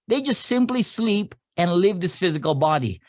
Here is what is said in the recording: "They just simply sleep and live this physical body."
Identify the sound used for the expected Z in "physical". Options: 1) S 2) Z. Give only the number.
2